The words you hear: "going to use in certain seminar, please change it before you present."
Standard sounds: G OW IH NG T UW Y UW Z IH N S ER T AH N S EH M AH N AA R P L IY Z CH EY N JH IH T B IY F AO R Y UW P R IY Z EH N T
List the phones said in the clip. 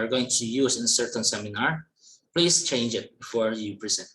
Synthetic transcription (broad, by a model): G OW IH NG T UW Y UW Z IH N S ER T AH N S EH M AH N AA R P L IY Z CH EY N JH IH T B IY F AO R Y UW P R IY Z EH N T